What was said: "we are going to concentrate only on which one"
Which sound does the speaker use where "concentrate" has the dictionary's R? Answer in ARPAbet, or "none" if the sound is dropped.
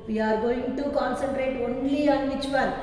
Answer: R